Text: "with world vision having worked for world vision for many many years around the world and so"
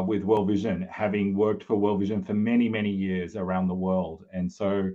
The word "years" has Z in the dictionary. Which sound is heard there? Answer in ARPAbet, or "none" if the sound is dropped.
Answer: Z